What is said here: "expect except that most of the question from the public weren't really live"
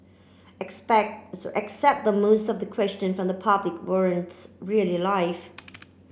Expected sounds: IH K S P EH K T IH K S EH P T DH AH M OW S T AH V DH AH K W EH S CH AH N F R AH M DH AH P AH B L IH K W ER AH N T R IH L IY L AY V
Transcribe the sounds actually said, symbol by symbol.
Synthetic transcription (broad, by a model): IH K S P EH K T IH K S EH P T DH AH M OW S T AH V DH AH K W EH S CH AH N F R AH M DH AH P AH B L IH K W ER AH N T R IH L IY L AY F